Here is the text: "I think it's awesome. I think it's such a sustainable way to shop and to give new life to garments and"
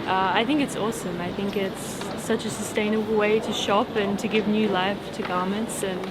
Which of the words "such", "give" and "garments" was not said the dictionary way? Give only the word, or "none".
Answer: none